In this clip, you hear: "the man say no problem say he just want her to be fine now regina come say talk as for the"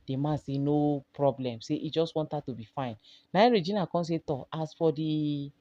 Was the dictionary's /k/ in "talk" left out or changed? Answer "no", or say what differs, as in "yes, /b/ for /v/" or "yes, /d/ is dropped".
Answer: yes, /k/ is dropped